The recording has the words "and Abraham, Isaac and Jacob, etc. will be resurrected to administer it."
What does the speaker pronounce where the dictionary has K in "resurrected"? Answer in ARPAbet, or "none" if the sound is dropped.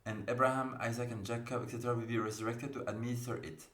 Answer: K